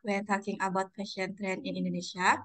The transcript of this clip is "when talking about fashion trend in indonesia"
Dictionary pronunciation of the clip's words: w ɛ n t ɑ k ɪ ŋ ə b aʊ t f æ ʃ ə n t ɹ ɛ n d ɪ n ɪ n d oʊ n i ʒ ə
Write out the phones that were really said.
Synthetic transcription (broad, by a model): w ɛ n t ɑ k ɪ ŋ ə b aʊ t p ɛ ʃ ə n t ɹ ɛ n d ɪ n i n d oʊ n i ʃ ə